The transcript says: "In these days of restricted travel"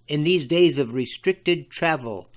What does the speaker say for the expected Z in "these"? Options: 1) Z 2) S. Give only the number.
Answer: 1